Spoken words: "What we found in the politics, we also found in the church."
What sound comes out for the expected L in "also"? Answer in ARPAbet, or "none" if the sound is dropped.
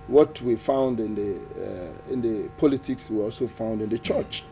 L